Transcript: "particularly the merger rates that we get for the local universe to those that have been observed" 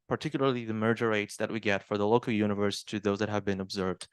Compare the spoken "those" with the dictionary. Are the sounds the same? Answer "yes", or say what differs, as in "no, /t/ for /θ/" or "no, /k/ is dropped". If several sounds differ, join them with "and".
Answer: yes